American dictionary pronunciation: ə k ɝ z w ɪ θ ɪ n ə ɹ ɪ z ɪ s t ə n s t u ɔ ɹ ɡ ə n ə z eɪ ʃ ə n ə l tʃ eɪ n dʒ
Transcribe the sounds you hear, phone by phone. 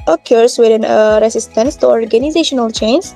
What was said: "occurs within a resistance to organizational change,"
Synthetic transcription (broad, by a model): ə k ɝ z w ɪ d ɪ n ə ɹ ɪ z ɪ s t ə n s t u ɔ ɹ ɡ ə n ə z eɪ ʃ ə n ə l tʃ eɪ n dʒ